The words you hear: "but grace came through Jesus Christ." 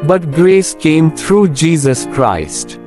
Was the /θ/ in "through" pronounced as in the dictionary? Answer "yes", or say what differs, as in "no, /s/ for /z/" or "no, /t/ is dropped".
no, /t/ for /θ/